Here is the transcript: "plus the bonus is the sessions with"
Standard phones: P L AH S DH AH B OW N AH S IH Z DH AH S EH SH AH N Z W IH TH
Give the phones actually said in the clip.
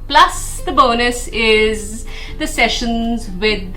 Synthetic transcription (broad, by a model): P L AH S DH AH B OW N AH S IH Z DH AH S EH SH AH N Z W IH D